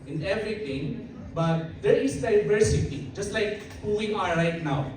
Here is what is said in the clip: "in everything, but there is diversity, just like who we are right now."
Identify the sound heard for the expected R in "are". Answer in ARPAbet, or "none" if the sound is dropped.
L